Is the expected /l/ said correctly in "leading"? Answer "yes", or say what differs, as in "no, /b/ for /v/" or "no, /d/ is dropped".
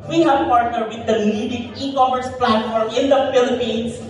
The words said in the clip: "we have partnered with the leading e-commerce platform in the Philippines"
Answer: no, /n/ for /l/